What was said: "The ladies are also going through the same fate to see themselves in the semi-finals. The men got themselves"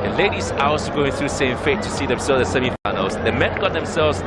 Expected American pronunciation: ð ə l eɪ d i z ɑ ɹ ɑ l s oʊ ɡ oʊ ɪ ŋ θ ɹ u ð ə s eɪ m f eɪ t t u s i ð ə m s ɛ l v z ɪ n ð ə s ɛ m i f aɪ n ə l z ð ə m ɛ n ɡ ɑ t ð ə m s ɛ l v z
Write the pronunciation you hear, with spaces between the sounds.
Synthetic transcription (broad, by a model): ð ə l eɪ d i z ɑ w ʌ s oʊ ɡ oʊ ɪ ŋ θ ɹ u s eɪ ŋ f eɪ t t u s i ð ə m s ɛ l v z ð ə s ɛ m i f aɪ n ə l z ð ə m ɛ n ɡ ɑ t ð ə m s ɛ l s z